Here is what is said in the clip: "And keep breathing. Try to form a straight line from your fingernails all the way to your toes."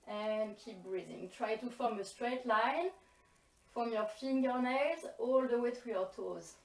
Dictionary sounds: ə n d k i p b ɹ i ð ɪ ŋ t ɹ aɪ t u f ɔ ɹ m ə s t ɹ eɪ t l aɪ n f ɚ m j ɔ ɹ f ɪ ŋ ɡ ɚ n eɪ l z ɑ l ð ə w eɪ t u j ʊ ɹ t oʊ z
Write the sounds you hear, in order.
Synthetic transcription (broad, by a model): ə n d k i p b ɹ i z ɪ ŋ t ɹ aɪ t u f ɔ ɹ m ə s t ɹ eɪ t l aɪ n f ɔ m j ɔ ɹ f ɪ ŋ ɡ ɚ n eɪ z ɑ l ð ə w eɪ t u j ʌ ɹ t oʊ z